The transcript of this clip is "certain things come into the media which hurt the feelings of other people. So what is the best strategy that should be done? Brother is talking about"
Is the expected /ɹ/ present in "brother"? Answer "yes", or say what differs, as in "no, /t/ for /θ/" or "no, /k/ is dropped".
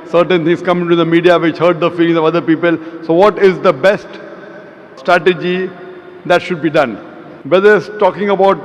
no, /ɹ/ is dropped